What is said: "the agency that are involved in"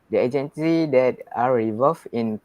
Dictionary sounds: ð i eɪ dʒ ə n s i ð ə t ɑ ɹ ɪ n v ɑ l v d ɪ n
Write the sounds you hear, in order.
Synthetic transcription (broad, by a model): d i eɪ dʒ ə n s i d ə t ɑ ɹ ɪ v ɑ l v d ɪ n